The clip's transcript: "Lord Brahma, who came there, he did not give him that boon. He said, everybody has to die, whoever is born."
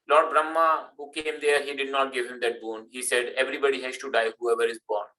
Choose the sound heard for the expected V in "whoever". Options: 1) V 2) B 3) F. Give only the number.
1